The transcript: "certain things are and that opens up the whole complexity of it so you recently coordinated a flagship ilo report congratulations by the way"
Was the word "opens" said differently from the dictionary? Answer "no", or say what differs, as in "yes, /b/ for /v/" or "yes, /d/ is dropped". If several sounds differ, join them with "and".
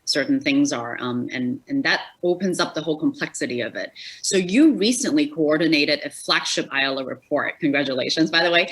no